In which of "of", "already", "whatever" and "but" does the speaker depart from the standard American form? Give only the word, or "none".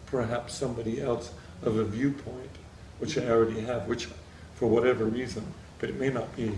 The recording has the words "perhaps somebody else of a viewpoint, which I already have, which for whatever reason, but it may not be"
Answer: none